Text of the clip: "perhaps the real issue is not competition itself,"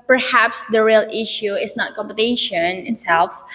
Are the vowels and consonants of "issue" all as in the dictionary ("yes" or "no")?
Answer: yes